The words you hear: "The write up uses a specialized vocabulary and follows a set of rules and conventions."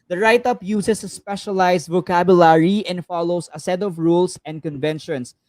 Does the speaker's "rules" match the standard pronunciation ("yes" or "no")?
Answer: no